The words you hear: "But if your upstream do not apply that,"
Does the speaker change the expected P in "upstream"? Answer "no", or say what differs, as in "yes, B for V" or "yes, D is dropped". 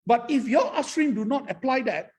yes, P is dropped